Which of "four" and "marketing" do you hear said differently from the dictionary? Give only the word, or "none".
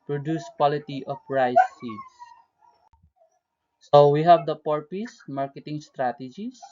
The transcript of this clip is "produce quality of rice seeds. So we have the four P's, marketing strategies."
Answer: four